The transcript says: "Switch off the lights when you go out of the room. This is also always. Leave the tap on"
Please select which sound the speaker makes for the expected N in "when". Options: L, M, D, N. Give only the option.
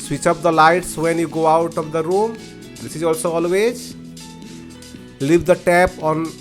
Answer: N